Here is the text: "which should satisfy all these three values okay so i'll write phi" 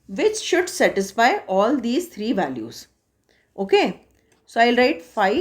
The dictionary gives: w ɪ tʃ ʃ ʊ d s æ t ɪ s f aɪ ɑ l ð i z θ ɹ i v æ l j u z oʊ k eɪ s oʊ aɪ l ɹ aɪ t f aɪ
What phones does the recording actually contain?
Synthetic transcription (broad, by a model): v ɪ tʃ ʃ ʊ d s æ t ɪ s f aɪ ɑ l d i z t ɹ i v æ l j u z oʊ k eɪ s oʊ aɪ l ɹ aɪ t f aɪ